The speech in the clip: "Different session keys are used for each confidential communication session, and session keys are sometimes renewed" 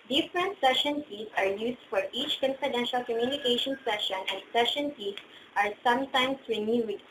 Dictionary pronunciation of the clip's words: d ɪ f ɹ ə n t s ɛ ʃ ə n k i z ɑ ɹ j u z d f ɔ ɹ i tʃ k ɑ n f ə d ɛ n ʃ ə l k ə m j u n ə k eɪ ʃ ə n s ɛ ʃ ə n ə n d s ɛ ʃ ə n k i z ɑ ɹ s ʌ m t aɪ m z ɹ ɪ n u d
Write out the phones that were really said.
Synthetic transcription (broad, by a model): d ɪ f ɹ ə n t s ɛ ʃ ə n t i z ɑ ɹ j u s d f ɔ ɹ i tʃ k ɑ n f ə d ɛ n ʃ ə l k ə m j u n ə k eɪ ʃ ə n s ɛ ʃ ə n ə n d s ɛ ʃ ə n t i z ɑ ɹ s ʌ m t aɪ m s ɹ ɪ n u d